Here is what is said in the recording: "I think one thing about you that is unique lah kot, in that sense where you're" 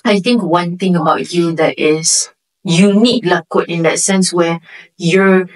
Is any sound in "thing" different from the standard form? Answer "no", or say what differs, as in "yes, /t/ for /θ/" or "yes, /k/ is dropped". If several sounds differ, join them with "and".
yes, /t/ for /θ/